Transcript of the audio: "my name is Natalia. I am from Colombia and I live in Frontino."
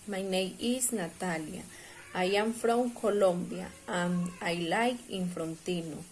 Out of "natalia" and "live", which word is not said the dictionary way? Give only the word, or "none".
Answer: live